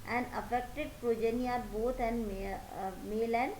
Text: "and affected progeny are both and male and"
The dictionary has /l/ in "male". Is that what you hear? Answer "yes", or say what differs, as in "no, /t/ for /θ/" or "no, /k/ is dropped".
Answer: yes